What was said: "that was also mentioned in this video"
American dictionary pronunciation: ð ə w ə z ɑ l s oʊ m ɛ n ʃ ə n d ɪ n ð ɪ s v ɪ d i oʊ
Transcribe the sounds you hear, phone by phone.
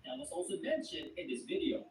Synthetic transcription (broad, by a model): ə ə s ɑ l s oʊ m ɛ n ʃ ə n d ɪ n ð ɪ s v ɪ d i oʊ